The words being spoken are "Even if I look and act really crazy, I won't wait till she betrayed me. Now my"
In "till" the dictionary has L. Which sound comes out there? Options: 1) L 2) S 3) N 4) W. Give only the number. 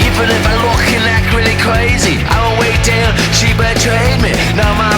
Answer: 3